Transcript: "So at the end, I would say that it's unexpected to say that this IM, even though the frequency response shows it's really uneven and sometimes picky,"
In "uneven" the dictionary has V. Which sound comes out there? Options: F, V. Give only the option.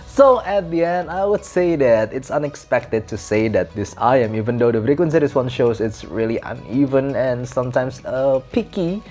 V